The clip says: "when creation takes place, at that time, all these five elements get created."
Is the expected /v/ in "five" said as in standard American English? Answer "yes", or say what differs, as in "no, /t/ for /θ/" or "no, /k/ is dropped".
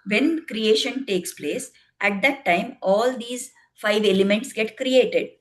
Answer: yes